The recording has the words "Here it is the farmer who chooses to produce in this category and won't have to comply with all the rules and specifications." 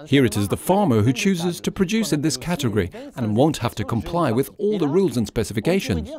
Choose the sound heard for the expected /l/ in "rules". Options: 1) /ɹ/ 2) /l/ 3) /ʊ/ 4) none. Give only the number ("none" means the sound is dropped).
2